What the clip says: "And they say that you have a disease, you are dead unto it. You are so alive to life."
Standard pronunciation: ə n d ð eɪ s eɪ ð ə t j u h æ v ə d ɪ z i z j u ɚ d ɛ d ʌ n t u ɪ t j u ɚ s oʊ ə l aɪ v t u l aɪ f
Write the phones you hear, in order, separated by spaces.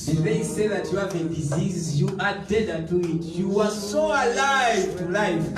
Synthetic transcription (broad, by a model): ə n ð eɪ s eɪ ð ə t j u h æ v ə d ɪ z i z j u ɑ d ɛ d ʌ t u ɪ t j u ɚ s oʊ ə l aɪ v t u l aɪ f